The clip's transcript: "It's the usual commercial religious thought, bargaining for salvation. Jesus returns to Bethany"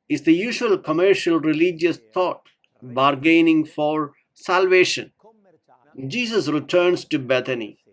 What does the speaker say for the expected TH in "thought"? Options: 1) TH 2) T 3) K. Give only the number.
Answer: 2